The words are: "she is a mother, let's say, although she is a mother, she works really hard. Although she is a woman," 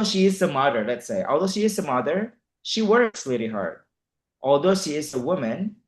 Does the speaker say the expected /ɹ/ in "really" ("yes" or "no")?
no